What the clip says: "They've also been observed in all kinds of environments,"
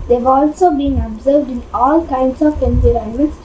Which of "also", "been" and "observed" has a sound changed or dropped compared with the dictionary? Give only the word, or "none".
none